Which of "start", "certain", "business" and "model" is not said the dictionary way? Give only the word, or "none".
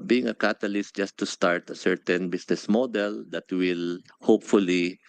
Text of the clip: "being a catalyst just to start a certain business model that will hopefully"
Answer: business